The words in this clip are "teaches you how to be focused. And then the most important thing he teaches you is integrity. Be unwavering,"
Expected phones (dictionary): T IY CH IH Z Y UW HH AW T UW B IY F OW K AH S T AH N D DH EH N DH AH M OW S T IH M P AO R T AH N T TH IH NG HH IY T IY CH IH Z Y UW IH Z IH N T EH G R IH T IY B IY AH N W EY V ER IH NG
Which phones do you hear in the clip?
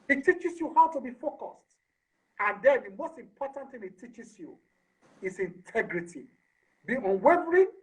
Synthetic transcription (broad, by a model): T IY CH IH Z Y UW HH AW T UW B IY F OW K AH S T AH N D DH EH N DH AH M OW S T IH M P AO T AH N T TH IH NG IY T IY CH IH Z Y UW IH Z IH N T EH G R IH T IY B IY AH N W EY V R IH